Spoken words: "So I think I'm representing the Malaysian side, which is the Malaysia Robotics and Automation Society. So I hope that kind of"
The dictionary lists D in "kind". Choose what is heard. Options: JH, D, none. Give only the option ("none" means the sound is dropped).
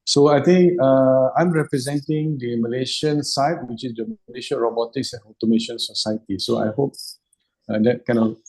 none